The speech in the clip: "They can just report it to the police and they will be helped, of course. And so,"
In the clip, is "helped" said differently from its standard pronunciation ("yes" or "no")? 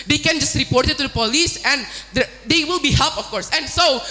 yes